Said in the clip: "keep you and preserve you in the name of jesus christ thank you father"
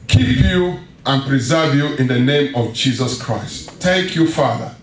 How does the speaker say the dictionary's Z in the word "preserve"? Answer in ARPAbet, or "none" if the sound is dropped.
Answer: Z